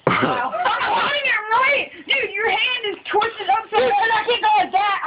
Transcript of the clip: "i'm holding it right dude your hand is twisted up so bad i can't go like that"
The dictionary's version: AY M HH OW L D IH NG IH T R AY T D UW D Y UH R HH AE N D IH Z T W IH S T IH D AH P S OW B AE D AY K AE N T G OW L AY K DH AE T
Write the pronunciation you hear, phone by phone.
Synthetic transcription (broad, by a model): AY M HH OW D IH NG IH T R AY T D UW Y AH R HH AE N D IH Z T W IH S T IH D AH P S OW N AY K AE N G OW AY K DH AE T